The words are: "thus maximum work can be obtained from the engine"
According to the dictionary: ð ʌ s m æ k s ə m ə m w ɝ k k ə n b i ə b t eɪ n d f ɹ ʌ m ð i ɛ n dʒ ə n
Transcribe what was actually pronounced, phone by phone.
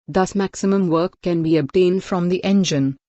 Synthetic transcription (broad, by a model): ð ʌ s m æ k s ə m ə m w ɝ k k ə n b i ə b t eɪ n d f ɹ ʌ m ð i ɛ n dʒ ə n